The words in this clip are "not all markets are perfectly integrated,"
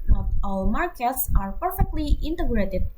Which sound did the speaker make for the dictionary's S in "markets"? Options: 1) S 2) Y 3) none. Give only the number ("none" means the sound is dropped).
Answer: 1